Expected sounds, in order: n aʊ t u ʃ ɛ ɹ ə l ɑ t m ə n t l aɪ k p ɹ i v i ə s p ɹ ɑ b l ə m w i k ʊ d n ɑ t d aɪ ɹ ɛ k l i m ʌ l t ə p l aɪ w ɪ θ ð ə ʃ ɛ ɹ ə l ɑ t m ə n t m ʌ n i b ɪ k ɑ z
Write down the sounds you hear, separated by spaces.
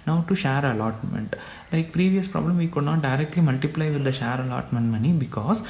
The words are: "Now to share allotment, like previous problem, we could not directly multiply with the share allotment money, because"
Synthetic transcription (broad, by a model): n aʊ t u ʃ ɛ ɹ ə l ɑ t m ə n t l aɪ k p ɹ i v i ə s p ɹ ɑ b l ə m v i k ʊ d n ɑ t d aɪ ɹ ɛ k l i m ʌ l t ə p l aɪ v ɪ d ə ʃ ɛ ɹ ə l ɑ t m ə n t m ʌ n i b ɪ k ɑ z